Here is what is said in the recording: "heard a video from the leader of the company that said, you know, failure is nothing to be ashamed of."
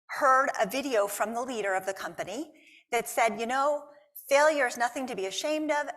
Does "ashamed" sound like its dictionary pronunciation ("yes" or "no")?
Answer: yes